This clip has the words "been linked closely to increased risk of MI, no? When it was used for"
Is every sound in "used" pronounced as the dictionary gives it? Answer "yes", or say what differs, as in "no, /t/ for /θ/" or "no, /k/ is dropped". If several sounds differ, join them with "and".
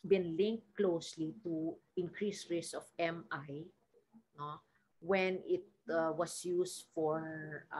no, /s/ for /z/